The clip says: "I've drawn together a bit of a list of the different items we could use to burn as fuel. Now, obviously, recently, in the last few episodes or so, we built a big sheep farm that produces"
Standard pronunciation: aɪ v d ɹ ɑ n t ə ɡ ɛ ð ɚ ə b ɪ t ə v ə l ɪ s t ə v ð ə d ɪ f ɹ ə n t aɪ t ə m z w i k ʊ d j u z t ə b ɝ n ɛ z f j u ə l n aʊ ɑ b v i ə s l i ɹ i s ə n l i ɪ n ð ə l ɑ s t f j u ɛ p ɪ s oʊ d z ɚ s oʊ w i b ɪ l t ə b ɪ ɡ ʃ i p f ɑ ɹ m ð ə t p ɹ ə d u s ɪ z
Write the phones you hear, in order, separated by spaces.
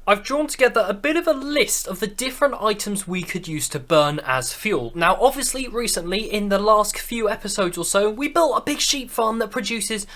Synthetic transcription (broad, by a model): aɪ v d ɹ ɑ n t ə ɡ ɛ ð ɚ ə b ɪ t ə v ə l ɪ s t ə v ð ə d ɪ f ɹ ə n t aɪ t ə m z w i k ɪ d j u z t ə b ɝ n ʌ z f j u l n aʊ ɑ b v i ə s l i ɹ i s ə n l i ɪ n ð ə l ɑ s t f j u ɛ p ɪ s oʊ d z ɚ s oʊ w i b ɪ l t ə b ɪ ɡ ʃ i p f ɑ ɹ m ð ə t p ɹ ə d u s ɪ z